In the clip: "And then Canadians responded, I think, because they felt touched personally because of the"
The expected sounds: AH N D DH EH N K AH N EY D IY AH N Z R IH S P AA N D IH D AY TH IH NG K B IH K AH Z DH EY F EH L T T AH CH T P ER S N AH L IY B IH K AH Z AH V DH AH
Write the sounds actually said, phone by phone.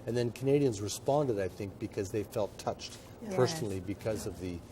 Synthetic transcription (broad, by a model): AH N DH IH N K AH N EY D IY AH N Z R IH S P AA N D IH D AY TH IH NG K B IH K AH Z DH EY F EH L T T AH CH T P ER S N L IY B IH K AH Z AH V DH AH